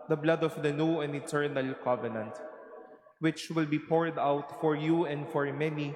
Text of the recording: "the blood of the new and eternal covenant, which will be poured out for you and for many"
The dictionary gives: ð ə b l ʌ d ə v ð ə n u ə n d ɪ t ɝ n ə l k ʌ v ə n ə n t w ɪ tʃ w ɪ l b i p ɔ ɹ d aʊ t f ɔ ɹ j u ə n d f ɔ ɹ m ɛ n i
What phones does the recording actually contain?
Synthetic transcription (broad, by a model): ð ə b l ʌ d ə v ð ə n u ə n d ɪ t ɝ n ə l k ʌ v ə n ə n t w ɪ tʃ w ɪ l b i p ɔ ɹ d aʊ t f ɔ ɹ j u ə n d f ɔ ɹ m ɛ n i